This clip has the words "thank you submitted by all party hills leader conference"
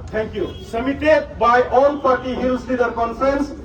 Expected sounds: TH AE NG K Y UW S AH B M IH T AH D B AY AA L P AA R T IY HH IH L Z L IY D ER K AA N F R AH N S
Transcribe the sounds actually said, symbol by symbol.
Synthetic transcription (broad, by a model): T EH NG K Y UW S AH M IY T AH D B AY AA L P AA R T IY HH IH L S L IY D ER K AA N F R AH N S